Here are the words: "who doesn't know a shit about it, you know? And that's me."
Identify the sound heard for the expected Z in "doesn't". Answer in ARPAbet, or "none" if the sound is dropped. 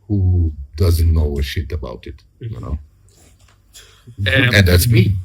Z